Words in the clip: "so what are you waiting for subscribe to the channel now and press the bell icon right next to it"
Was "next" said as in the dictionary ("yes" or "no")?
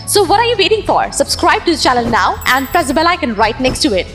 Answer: yes